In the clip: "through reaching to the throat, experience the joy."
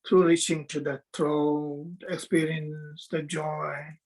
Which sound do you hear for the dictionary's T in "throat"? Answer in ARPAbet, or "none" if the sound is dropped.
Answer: none